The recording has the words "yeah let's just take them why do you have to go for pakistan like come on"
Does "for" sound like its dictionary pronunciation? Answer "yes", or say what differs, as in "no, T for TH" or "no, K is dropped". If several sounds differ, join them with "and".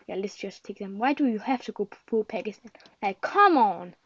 no, L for R